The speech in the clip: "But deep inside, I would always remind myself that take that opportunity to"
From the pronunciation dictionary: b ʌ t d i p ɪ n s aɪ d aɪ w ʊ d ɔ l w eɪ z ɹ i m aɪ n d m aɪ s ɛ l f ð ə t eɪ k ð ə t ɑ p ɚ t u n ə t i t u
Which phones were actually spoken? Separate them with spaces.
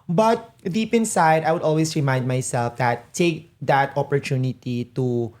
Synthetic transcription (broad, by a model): b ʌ t d i p ɪ n s aɪ d aɪ w ʊ d ɔ l w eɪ s ɹ i m aɪ n d m aɪ s ɛ l f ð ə t eɪ k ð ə t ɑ p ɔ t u n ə t i t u